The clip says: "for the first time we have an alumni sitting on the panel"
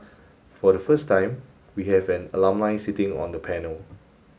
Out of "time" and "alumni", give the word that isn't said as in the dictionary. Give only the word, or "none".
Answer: alumni